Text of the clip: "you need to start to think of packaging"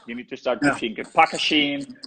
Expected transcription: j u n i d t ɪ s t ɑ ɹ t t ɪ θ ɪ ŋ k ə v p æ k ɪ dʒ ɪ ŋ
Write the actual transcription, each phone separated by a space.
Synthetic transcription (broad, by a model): j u n i d t ɪ s t ɑ ɹ t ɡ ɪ f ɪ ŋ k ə p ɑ k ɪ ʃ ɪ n